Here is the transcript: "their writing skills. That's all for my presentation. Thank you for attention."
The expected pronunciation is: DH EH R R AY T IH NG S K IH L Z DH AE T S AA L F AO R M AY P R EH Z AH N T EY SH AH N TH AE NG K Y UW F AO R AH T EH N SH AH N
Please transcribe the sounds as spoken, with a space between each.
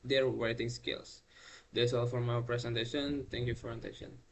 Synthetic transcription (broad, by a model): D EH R W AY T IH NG S K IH L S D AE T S AA L F AO R M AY P R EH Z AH N T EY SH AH N T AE NG K Y UW F AO R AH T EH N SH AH N